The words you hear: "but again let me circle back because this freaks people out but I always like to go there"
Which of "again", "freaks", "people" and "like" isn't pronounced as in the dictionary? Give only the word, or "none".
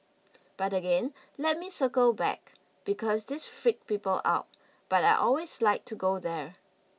freaks